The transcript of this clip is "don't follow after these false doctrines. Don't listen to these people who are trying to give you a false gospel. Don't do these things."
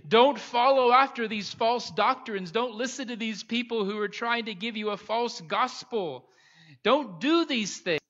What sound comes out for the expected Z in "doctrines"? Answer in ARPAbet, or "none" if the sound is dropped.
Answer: Z